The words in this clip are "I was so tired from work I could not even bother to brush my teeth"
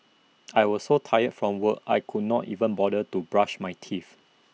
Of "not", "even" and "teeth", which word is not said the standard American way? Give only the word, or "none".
teeth